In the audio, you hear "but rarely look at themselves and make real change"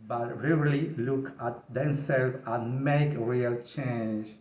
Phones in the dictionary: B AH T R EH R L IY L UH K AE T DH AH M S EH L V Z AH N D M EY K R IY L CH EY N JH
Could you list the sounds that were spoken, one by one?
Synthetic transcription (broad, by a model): B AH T R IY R L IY L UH K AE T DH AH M S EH L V AH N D M EY K R IY L CH EY N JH